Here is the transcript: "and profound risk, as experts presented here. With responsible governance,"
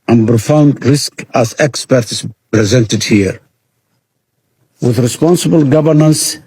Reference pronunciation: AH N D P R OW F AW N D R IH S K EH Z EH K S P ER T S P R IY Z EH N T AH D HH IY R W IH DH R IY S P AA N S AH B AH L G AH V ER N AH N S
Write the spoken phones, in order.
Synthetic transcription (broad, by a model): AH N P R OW F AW N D R IH S K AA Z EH K S P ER T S P R IY Z EH N T AH D HH IY R W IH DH R IY S P AA N S AH B AH L G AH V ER N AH N S